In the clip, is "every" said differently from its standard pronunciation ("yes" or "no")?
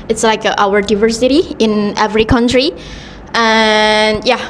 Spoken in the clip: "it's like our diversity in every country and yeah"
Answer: no